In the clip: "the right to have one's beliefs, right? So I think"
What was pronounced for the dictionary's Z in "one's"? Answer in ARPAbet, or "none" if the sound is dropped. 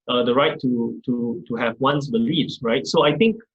S